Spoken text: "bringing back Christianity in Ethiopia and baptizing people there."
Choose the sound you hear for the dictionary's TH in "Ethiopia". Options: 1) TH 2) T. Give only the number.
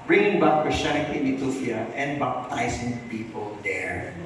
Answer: 2